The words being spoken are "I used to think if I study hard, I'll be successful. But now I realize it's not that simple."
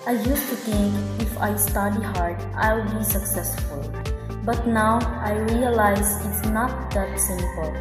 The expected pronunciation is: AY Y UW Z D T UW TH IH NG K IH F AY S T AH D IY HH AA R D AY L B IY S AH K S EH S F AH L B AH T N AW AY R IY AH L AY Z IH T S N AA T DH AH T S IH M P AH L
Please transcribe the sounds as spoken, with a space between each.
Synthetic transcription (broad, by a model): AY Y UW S T UW T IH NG K IH F AY S T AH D IY HH AA R D AY L B IY S AH K S EH S F AH L B AH T N AW AY R IY AH L AY Z IH T S N AA T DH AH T S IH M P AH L